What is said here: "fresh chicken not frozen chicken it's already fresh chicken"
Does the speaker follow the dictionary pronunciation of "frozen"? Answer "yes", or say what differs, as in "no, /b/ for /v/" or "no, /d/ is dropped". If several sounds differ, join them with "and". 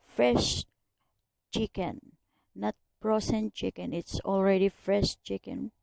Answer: no, /p/ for /f/ and /s/ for /z/